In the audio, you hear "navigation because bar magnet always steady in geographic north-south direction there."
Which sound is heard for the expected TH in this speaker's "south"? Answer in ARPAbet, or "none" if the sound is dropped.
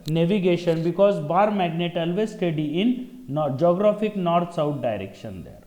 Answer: T